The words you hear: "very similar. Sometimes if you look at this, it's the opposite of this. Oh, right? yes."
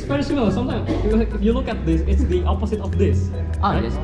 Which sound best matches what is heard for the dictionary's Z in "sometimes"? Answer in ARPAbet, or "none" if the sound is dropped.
none